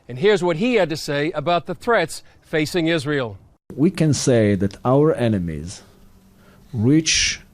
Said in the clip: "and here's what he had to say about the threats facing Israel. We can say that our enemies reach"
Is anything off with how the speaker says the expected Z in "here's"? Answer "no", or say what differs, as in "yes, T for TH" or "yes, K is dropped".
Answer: no